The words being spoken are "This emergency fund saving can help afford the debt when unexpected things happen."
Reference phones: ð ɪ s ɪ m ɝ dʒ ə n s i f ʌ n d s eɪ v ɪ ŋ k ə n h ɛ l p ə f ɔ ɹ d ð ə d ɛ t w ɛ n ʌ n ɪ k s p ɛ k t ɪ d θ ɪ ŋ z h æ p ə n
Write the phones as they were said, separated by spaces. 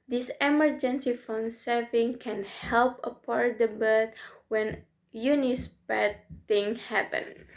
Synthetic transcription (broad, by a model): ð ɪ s ɪ m ɝ dʒ ə n s i f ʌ n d s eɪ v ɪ ŋ k ə n h ɛ l p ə p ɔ ɹ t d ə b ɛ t w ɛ n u n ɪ s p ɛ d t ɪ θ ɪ ŋ h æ p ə n